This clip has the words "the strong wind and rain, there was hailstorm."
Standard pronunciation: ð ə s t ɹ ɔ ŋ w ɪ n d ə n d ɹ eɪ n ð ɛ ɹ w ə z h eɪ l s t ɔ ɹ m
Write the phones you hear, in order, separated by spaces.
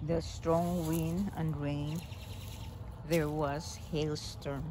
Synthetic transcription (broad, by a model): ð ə s t ɹ ɔ ŋ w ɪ n ə n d ɹ eɪ n ð ɛ ɹ w ə z h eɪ l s t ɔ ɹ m